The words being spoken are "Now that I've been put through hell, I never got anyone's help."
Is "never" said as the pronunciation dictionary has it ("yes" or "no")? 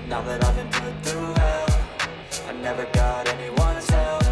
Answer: yes